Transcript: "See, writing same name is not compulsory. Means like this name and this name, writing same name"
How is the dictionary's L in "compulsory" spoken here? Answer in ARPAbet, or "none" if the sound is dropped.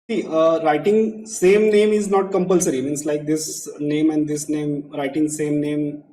L